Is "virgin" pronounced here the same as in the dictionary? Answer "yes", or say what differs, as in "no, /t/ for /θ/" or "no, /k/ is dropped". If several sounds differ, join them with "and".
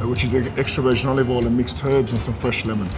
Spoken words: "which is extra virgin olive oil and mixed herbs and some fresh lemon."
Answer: no, /ʃ/ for /dʒ/